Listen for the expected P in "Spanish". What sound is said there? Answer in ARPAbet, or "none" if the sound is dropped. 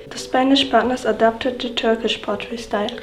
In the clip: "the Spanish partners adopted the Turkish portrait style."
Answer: P